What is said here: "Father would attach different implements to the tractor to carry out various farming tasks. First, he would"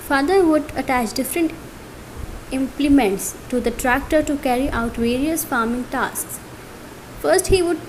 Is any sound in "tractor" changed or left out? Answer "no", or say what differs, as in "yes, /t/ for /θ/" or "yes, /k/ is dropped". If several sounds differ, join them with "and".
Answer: no